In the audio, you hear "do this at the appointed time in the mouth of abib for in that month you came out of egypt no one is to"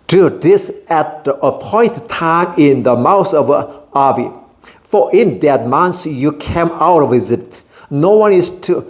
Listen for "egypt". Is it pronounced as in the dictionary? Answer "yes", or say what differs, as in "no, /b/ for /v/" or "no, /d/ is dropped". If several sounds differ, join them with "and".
no, /z/ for /dʒ/ and /p/ is dropped